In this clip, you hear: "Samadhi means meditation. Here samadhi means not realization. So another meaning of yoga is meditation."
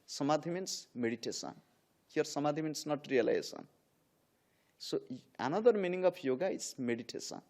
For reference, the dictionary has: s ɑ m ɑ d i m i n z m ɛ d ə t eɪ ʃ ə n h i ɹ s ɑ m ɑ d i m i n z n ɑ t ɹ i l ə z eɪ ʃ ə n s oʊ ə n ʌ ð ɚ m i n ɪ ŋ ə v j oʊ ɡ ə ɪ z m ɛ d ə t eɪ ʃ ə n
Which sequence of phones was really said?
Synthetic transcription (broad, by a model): s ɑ m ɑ d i m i n s m ɛ d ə t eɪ s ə n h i ɹ s ɑ m ɑ d i m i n s n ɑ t ɹ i l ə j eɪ s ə n s oʊ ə n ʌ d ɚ m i n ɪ ŋ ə p j oʊ ɡ ə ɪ s m ɛ d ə t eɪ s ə n